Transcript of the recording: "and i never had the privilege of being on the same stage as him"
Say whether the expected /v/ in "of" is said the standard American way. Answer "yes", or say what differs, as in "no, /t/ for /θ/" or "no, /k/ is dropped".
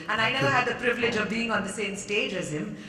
yes